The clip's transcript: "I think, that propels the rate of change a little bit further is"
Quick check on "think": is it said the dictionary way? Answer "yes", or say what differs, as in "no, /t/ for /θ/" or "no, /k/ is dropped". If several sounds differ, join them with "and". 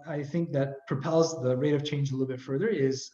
yes